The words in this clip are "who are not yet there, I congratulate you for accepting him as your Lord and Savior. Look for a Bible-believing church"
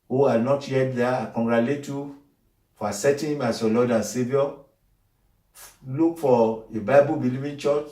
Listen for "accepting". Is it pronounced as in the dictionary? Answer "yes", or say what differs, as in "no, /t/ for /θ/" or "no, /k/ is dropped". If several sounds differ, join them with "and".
no, /k/ is dropped and /p/ is dropped